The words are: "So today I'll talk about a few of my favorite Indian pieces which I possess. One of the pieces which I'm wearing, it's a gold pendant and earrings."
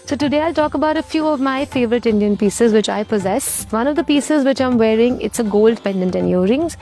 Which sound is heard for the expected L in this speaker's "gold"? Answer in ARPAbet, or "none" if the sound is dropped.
L